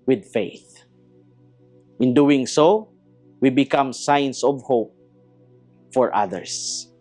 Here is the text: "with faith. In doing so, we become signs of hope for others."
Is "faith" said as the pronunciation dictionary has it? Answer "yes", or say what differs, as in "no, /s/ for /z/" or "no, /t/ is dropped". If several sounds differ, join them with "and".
yes